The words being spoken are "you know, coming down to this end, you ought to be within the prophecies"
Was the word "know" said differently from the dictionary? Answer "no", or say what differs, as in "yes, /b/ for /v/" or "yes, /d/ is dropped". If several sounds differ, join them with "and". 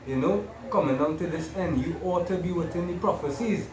no